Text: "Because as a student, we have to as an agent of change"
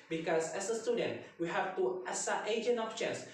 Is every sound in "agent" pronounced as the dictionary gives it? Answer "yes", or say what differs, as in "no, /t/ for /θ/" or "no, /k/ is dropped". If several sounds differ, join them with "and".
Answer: no, /t/ is dropped